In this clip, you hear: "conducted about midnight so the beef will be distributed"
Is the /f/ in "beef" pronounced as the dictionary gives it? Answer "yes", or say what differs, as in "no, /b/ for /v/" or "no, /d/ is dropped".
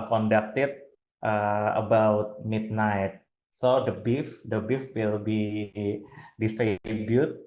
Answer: yes